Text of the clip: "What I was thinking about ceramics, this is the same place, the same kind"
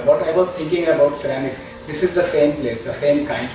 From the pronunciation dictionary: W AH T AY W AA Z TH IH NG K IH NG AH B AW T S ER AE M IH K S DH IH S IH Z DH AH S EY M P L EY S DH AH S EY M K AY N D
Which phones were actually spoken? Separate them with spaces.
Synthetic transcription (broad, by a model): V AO T AY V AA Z T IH NG K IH NG AH B AW T S ER AE M IH K S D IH S IH Z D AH S EY M P L EY S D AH S EY M K AY N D